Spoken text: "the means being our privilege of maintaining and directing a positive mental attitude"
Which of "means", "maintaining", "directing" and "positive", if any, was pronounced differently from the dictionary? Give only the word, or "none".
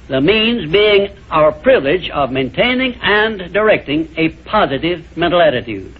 none